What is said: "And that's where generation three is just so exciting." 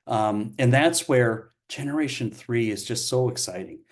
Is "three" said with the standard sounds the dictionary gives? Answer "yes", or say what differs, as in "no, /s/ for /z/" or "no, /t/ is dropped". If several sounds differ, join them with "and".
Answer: yes